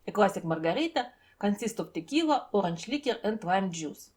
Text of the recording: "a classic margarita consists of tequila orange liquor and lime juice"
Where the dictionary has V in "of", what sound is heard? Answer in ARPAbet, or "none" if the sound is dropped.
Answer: P